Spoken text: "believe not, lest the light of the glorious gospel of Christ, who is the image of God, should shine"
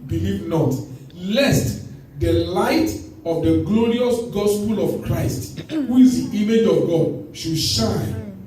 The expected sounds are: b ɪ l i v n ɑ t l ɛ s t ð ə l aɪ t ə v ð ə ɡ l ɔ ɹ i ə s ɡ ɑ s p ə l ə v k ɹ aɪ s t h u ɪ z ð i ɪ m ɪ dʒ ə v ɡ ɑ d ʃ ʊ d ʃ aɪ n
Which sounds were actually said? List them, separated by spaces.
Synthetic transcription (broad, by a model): b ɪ l i v n ɑ t l ɛ s t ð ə l aɪ t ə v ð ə ɡ l ɔ ɹ i ə s ɡ ɑ s p ə l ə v k ɹ aɪ s t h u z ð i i m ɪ dʒ ə v ɡ ɑ d ʃ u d ʃ aɪ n